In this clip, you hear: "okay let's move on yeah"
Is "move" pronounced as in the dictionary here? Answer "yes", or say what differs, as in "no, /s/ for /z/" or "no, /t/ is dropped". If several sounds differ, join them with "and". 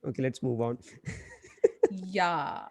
yes